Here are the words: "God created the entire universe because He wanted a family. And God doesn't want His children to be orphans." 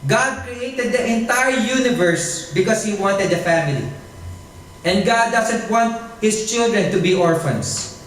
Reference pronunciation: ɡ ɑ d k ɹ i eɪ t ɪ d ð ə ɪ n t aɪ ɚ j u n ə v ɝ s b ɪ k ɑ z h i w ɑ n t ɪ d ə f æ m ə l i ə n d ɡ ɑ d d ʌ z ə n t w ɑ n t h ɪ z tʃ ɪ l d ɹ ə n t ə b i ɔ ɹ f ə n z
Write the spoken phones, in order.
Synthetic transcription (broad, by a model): ɡ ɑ d k ɹ i eɪ t ɪ d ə ɪ n t aɪ ɚ j u n ə v ɝ s b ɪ k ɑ s h i w ɑ n t ɪ d ə f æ m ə l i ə n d ɡ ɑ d d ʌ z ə n t w ɑ n t h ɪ s tʃ ɪ l d ɹ ə n t ə b i ɔ ɹ f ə n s